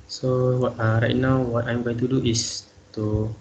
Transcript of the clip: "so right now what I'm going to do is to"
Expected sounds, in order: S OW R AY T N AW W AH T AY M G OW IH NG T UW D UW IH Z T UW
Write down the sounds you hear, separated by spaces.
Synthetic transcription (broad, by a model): S OW R AY T N AW W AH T AY M G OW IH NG T UW D UW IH S T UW